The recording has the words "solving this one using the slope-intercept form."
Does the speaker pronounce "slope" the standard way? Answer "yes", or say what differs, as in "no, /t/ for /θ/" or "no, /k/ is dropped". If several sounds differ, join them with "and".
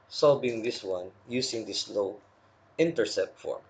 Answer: no, /p/ is dropped